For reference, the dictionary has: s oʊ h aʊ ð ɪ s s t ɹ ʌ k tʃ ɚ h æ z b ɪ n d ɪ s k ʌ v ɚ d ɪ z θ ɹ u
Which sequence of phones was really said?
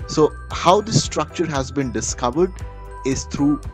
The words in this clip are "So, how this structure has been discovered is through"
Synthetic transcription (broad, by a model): s oʊ h aʊ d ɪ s s t ɹ ʌ k tʃ ɚ h æ z b ɪ n d ɪ s k ʌ v ɚ d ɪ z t ɹ u